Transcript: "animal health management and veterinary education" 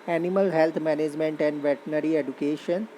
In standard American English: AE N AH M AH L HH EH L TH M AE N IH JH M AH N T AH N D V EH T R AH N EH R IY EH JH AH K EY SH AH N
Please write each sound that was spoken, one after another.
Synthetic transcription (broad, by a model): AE N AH M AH L HH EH L T M AE N IH JH M AH N T AH N D V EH T AH N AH R IY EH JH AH K EY SH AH N